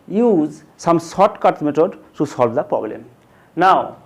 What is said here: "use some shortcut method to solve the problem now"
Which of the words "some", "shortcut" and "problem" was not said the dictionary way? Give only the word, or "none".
shortcut